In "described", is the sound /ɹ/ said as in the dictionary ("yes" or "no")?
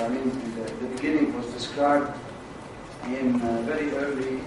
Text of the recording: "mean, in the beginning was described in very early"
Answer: no